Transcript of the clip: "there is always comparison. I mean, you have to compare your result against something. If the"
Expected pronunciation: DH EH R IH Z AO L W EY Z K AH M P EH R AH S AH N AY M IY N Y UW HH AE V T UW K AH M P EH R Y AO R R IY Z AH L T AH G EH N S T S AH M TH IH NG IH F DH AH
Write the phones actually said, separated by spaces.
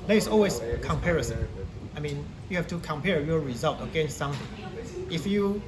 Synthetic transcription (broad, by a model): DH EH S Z AO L W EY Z K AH M P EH R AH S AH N AY M IY N Y UW HH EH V T UW K AH M P EH R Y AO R R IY Z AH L T AH G EH N S T S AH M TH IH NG IH F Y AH